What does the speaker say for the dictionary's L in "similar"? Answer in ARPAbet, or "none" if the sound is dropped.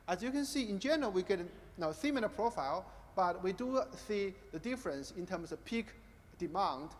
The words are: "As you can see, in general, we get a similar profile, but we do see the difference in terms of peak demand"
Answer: N